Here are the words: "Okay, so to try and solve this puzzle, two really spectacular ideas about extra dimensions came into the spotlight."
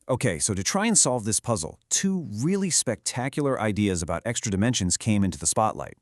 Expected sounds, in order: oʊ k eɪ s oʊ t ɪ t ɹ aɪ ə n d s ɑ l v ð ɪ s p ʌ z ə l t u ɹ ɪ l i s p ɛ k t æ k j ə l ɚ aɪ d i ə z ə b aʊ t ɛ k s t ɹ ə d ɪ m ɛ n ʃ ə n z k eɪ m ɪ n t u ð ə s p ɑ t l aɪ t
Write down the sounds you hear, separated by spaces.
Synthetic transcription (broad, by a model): oʊ k eɪ s oʊ t ɪ t ɹ aɪ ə n s ɑ l v ð ɪ s p ʌ z l t u ɹ ɪ l i s p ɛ k t æ k j l ɚ aɪ d i ə z ə b aʊ t ɛ k s t ɹ ə d ɪ m ɛ n ʃ ə n z k eɪ m ɪ n t u ð ə s p ɑ t l aɪ t